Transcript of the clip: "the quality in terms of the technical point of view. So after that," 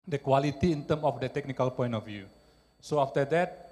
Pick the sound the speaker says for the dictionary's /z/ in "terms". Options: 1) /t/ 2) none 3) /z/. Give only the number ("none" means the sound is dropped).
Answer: 2